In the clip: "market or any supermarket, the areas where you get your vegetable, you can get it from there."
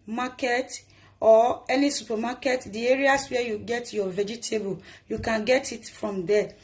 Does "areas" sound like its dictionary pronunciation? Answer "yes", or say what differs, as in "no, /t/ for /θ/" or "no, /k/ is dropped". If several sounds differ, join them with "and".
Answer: no, /s/ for /z/